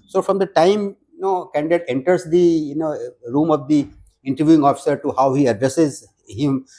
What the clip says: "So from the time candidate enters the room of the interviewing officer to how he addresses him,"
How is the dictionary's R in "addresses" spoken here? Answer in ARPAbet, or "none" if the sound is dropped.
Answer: R